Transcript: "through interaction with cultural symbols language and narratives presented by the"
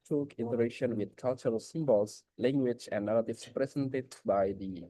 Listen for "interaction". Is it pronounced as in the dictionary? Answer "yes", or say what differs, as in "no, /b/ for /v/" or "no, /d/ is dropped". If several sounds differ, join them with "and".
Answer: no, /k/ is dropped